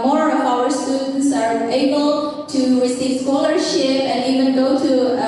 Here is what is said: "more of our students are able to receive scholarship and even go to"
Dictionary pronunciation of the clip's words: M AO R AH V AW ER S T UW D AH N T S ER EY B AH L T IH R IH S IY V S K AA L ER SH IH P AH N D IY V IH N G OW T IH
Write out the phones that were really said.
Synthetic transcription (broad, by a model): M AO R AH V AW ER S T UW D N T S ER EY B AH L T IH R IH S IY V S K AA L ER SH IH P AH N IY V IH N G OW T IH